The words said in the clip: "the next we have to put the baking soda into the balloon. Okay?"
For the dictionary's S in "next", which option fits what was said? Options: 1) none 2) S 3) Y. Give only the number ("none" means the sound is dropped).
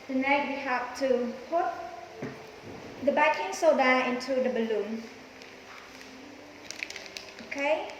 1